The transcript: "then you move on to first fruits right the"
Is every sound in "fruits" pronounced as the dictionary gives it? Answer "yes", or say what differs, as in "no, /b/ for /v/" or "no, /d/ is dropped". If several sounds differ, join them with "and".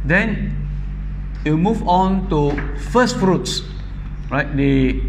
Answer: yes